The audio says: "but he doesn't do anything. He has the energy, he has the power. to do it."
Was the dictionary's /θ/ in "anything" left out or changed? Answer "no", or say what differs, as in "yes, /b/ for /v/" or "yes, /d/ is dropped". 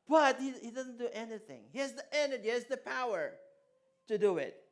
no